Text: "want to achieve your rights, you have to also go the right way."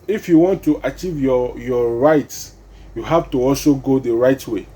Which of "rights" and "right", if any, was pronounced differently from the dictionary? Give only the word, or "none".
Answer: none